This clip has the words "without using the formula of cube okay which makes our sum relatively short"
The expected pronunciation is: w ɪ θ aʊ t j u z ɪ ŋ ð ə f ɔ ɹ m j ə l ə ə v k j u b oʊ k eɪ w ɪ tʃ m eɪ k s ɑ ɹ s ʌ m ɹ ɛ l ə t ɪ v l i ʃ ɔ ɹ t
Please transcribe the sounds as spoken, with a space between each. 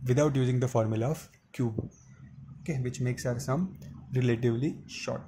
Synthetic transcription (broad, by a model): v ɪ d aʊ t j u z ɪ ŋ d ə f ɔ ɹ m j ə l ə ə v k j u b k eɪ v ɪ tʃ m eɪ k s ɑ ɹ s ʌ m ɹ ɛ l ə t ɪ v l i ʃ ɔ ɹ t